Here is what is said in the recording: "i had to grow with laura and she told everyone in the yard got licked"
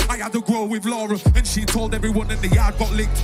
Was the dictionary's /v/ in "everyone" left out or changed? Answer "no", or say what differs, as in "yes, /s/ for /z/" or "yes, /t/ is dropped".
no